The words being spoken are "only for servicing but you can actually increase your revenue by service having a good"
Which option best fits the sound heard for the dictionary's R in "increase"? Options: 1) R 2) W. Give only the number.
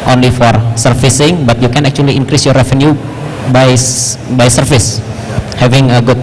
1